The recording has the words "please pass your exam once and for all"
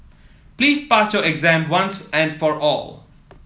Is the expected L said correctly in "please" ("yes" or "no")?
yes